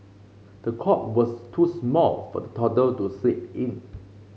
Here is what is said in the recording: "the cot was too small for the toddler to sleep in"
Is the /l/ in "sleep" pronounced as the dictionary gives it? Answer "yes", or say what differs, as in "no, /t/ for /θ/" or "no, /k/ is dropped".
no, /l/ is dropped